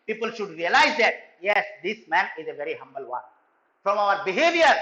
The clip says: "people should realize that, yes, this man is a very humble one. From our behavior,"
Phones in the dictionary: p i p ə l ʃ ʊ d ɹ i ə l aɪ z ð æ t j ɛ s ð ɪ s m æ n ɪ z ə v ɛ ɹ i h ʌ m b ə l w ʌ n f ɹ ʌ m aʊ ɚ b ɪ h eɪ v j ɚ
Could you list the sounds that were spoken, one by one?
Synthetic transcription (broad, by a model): p i p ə l ʃ ʊ d ɹ i ə l aɪ z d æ t j ɛ s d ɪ s m æ n ɪ z ə v ɛ ɹ i h ʌ m b ə l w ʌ n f ɹ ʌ m aʊ ɚ b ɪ h eɪ v j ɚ